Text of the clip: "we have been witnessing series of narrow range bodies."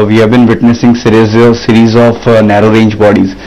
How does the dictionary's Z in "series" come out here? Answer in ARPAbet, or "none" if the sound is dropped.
Z